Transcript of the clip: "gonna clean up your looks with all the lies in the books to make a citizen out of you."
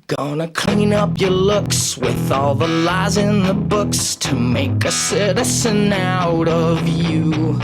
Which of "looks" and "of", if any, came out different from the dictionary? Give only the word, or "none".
none